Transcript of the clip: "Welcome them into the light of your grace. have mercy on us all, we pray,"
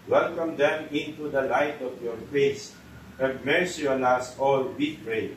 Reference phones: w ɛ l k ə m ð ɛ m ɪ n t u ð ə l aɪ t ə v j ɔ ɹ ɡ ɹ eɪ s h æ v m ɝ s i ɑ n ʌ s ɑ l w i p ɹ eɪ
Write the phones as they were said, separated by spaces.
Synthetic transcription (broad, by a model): w ɛ l k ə m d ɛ m ɪ n t u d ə l aɪ t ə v j ɔ ɹ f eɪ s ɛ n m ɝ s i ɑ l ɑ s ɑ l w i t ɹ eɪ